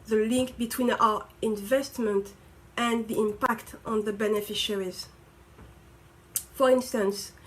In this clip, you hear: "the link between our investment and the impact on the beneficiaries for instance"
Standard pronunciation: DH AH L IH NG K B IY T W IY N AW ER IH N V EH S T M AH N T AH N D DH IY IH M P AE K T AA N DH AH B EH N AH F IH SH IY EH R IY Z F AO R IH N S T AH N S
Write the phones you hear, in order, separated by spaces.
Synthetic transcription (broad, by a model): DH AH L IH NG K B IY T W IY N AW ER IH N V EH S T M AH N T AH N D DH IY IH M P AE K T AA N DH AH B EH N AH F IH SH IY R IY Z F AO R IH N S T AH N S